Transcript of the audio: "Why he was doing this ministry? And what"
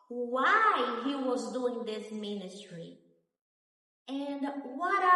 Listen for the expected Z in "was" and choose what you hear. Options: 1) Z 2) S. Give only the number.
1